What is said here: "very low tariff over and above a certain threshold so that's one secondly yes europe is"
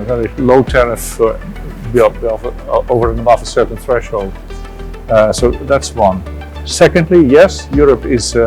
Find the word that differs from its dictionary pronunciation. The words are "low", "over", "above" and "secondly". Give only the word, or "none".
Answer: above